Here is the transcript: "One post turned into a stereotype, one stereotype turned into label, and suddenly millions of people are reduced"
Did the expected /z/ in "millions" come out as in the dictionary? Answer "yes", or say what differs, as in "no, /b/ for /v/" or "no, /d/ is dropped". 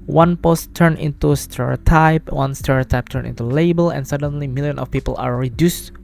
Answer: no, /z/ is dropped